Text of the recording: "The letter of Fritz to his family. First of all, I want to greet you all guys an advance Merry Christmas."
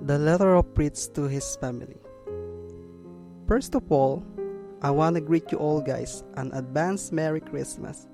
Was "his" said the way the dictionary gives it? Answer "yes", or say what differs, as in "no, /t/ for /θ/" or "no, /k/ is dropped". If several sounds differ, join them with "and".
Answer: no, /s/ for /z/